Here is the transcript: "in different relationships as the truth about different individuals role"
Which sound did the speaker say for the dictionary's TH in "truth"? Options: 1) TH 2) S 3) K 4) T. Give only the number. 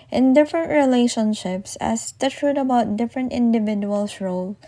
4